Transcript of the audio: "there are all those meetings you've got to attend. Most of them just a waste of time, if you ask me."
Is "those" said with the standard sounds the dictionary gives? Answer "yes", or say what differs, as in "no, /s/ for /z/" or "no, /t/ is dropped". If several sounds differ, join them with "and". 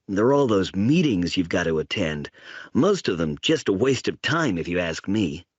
yes